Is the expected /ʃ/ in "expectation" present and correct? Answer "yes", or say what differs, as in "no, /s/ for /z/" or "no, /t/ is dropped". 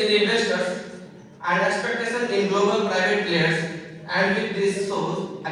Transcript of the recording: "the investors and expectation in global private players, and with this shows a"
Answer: no, /s/ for /ʃ/